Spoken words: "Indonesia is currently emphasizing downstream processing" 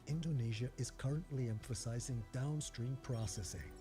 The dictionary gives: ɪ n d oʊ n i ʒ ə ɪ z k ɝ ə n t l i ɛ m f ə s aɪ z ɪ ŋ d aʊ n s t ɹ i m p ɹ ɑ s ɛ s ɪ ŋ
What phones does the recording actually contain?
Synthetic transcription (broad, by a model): ɪ n d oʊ n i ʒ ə ɪ z k ɝ ə n t l i ɛ m f ə s aɪ z ɪ ŋ d aʊ n s t ɹ i m p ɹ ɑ s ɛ s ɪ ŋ